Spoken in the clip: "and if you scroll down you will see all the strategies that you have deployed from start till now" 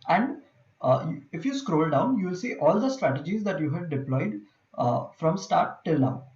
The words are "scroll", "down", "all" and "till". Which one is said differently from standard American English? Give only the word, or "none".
none